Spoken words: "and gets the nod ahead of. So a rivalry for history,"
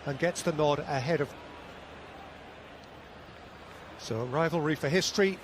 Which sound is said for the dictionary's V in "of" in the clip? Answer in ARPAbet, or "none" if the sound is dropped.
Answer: V